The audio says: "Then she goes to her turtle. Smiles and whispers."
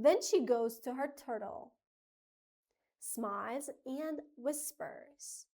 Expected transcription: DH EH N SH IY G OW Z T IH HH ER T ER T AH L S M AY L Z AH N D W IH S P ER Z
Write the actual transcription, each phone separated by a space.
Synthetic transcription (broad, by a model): DH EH N SH IY G OW Z T IH HH ER T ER T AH L S M AY Z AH N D W IH S P ER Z